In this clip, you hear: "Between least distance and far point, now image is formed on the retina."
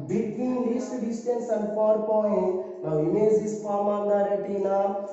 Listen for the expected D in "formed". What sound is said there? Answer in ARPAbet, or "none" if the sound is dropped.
none